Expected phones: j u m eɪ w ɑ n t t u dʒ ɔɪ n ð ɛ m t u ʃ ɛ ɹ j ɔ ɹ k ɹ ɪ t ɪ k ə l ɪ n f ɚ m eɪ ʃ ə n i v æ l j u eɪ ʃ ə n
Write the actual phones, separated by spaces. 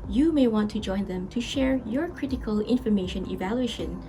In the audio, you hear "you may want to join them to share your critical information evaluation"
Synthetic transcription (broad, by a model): j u m eɪ w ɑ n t t u dʒ ɔɪ n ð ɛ m t u ʃ ɛ ɹ j ɔ ɹ k ɹ ɪ t ɪ k ə l ɪ n f ɚ m eɪ ʃ ə n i v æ l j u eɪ ʃ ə n